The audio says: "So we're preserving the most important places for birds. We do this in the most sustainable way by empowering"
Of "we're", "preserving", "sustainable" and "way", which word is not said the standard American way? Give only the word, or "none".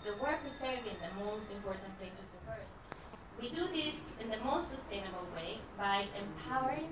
preserving